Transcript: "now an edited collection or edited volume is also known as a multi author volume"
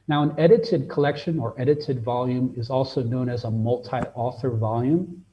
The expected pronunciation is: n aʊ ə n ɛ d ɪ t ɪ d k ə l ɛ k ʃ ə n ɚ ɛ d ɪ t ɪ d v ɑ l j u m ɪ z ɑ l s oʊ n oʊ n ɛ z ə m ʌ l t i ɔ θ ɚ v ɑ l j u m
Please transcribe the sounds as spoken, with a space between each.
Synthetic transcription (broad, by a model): n aʊ ə n ɛ d ɪ t ɪ d k ə l ɛ k ʃ ə n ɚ ɛ d ɪ t ɪ d v ɑ l j u m ɪ z ɑ l s oʊ n oʊ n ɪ z ə m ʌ l t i ɔ θ ɚ v ɑ l j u m